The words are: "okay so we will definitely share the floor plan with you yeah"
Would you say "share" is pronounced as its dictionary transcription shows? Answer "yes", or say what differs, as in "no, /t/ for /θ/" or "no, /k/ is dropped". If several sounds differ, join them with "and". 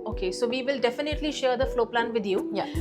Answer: yes